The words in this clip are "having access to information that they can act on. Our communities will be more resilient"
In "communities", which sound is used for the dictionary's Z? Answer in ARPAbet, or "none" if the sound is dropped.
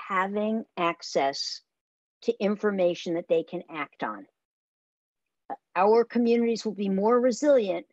Z